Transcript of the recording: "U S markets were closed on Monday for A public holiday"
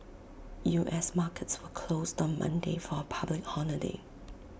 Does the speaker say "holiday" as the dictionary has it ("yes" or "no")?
no